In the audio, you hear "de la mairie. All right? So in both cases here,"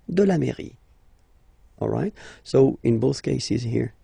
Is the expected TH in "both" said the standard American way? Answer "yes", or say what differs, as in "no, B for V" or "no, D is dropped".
yes